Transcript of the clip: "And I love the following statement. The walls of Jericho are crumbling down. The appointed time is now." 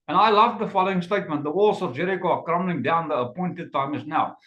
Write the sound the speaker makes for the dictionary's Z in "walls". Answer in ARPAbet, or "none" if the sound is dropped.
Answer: S